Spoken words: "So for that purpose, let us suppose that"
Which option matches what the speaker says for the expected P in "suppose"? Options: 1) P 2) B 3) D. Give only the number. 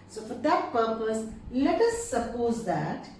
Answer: 1